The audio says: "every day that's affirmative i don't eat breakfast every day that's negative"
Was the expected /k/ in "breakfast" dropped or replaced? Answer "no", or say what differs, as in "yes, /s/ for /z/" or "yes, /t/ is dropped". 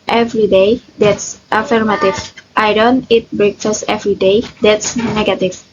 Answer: no